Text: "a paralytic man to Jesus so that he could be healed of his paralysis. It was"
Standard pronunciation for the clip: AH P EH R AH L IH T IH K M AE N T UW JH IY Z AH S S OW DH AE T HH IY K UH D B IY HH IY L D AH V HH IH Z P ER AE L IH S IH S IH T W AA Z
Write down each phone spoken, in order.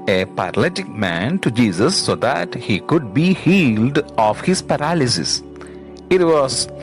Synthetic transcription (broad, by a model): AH P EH R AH L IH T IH K M AE N T UW JH IY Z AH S S OW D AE T HH IY K UH D B IY HH IY L D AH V HH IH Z P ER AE L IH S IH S IH T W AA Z